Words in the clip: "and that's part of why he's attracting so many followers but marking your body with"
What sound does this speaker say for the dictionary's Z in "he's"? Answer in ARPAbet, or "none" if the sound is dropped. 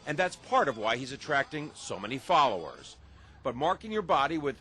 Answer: Z